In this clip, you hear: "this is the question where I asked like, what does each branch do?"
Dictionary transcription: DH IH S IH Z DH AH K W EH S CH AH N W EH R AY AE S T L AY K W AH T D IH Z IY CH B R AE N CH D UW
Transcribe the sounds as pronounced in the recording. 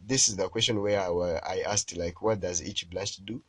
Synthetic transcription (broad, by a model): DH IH S IH Z DH AH K W EH S CH AH N W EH W AY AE S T L AY K W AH T D IH Z IY CH B L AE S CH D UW